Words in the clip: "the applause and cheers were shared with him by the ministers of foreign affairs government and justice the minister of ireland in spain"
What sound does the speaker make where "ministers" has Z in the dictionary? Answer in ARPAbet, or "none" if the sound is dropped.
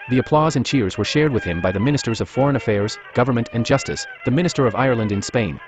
Z